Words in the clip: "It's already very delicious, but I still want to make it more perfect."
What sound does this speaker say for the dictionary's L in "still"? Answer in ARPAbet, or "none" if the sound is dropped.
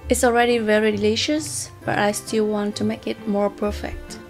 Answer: L